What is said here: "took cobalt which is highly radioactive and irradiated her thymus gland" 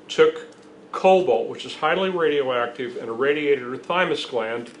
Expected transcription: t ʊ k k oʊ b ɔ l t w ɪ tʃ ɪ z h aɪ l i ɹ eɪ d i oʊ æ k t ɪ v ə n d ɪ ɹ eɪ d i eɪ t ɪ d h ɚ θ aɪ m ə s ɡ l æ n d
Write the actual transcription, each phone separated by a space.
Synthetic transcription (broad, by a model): t ʊ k k oʊ b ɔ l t w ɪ tʃ ɪ z h aɪ l i ɹ eɪ d i oʊ æ k t ɪ v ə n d ɪ ɹ eɪ d i eɪ t ɪ d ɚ θ aɪ m ə s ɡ l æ n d